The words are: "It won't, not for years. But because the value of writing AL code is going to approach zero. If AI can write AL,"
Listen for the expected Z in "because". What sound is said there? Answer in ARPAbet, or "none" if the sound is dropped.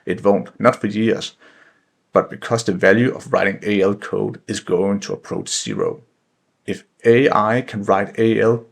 S